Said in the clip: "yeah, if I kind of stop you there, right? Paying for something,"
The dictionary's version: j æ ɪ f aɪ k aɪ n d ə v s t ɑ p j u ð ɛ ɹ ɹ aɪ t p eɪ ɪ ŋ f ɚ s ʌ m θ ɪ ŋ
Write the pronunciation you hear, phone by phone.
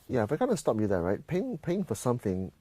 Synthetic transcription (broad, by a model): j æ ɪ f aɪ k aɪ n ə s t ɑ p j u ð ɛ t ɹ aɪ t p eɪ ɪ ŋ f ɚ s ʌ m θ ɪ ŋ